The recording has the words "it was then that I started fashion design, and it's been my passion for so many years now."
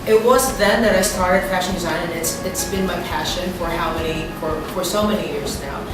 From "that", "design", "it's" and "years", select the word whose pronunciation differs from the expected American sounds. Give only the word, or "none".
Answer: none